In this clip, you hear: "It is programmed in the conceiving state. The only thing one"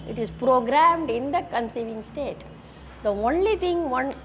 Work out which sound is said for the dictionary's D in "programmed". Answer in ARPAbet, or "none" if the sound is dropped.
D